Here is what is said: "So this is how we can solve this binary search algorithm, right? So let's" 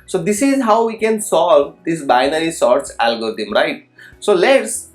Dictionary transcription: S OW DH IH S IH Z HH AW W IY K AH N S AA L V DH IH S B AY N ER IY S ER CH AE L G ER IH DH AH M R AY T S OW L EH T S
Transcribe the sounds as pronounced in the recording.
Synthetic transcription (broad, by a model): S OW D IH S IH Z HH AW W IY K AH N S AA L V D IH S B AY N ER IY S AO S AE L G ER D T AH M R AY T S OW L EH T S